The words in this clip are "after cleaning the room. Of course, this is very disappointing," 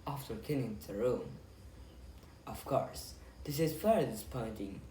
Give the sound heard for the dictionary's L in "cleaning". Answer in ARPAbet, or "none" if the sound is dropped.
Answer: none